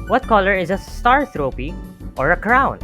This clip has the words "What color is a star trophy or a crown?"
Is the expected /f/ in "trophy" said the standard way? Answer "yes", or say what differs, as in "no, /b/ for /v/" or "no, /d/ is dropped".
no, /p/ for /f/